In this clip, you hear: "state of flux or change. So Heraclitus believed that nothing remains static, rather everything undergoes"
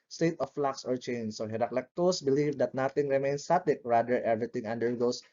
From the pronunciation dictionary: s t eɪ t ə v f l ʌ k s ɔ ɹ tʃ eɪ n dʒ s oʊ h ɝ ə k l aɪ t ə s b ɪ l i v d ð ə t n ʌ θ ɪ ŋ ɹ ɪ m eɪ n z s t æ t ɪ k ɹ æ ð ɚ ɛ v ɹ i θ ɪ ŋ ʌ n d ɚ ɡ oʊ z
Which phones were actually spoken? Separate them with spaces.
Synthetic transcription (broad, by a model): s t eɪ t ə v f l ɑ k s ɔ ɹ tʃ eɪ n s oʊ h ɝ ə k l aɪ t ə s b ɪ l i v d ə t n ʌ t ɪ ŋ ɹ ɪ m eɪ n s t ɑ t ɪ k ɹ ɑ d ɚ ɛ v ɹ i t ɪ ŋ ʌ n d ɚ ɡ oʊ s